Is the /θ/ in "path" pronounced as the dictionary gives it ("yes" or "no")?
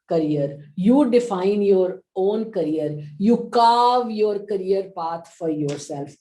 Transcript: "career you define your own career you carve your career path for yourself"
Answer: no